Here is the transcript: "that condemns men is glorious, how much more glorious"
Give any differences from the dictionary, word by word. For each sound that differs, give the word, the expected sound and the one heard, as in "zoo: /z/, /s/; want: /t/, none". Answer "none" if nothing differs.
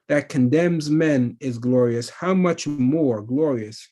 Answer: none